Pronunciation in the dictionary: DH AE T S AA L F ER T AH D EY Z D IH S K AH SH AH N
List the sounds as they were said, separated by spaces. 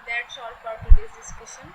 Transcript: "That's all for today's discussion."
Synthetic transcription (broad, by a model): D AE T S AA L P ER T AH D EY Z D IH S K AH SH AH N